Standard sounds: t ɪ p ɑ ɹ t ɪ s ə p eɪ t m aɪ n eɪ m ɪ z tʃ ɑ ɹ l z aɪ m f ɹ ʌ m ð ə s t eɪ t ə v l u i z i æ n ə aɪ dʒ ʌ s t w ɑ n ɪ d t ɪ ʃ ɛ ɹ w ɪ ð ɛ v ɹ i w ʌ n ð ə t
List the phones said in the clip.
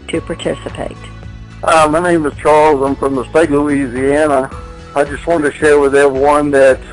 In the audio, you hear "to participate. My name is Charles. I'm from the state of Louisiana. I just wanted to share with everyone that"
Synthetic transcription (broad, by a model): t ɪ p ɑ ɹ t ɪ s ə p eɪ t m aɪ n eɪ m ɪ z tʃ ɑ ɹ l z aɪ m f ɹ ʌ m ð ə s t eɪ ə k l u i z i æ n ə aɪ dʒ ʌ s t w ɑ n t ɪ ʃ ɛ ɹ w ɪ ð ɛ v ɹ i w ʌ n ð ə t